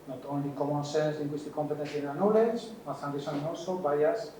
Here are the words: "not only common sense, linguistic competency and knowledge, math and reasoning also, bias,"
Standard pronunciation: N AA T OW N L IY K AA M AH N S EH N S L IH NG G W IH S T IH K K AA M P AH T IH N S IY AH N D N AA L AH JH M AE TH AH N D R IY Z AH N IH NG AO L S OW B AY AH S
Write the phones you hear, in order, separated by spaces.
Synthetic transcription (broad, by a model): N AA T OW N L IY K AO M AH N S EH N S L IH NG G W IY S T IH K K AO M P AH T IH N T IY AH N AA N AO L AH CH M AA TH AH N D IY S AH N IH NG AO S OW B AY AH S